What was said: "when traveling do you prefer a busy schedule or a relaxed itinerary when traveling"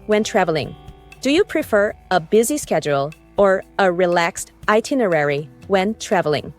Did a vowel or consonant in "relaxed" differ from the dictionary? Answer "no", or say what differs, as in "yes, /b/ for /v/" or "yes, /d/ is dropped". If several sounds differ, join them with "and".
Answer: no